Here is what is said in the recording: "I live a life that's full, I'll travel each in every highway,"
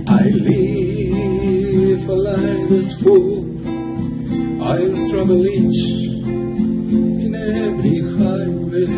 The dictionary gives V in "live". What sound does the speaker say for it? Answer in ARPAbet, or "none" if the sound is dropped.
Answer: F